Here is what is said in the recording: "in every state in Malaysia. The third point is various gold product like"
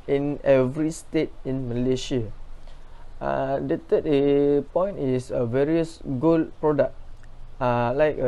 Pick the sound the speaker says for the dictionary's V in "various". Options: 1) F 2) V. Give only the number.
2